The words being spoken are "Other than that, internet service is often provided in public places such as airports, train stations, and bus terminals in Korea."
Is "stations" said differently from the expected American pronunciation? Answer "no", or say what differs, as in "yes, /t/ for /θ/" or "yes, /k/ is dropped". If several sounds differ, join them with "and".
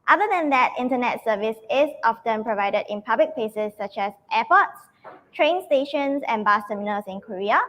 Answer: yes, /s/ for /z/